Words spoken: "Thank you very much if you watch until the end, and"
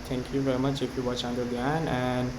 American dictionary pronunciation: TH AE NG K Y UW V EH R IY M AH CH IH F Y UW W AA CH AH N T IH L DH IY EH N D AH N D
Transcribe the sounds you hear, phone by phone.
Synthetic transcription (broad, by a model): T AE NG K Y UW V EH R IY M AH CH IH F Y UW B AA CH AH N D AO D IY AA N AH N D